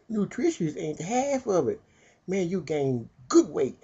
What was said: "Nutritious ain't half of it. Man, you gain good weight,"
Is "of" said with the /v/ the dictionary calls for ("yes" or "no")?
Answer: yes